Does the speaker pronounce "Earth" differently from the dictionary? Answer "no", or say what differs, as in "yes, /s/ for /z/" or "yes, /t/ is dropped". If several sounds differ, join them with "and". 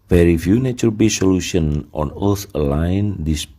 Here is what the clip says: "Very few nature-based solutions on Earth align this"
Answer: yes, /s/ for /θ/